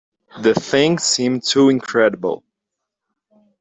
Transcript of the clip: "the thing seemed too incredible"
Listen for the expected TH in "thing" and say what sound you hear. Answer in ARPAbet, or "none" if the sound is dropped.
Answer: TH